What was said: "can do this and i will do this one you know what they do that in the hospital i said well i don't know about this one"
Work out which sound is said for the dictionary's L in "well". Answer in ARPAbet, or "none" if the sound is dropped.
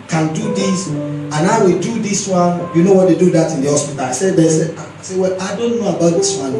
L